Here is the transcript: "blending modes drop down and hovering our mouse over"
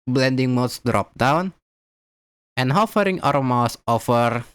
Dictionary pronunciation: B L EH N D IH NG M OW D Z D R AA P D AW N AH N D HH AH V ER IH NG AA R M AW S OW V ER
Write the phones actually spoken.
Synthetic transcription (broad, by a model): B L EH N D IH NG M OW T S D R AA P D AW N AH N HH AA F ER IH NG AA R M AW S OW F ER